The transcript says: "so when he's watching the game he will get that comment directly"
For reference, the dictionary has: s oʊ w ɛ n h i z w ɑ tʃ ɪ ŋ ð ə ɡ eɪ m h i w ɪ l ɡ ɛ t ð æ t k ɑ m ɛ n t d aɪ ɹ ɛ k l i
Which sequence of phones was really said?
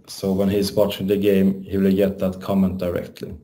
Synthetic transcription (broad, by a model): s oʊ w ɛ n h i s w ɑ tʃ ɪ ŋ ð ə ɡ eɪ m h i w ɪ l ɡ ɛ t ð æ t k ɑ m ɛ n t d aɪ ɹ ɛ k l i